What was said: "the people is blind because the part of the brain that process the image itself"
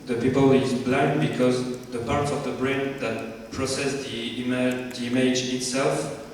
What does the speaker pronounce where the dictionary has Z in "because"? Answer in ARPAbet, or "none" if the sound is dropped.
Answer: Z